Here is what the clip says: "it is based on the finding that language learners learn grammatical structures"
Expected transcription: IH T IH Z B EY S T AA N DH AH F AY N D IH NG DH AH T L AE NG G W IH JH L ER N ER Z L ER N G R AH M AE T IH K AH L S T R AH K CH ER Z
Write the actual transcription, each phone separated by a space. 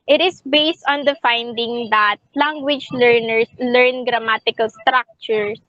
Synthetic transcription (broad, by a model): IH T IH S B EY S T AA N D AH F AY N D IH NG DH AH T L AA NG G W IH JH L ER N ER S L ER N G R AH M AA T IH K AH L S T R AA K CH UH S